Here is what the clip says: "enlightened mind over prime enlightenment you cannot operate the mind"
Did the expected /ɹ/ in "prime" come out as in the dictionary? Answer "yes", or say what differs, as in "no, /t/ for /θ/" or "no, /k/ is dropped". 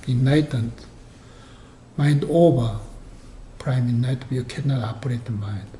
yes